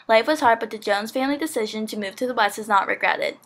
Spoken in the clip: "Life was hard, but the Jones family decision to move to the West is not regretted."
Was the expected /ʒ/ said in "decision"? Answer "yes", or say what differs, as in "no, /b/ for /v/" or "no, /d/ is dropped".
yes